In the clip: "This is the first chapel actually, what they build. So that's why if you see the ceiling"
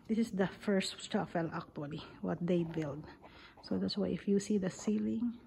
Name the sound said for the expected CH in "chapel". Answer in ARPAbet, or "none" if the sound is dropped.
S